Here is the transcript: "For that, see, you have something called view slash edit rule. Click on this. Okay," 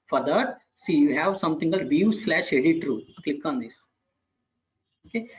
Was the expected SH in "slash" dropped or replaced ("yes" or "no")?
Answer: no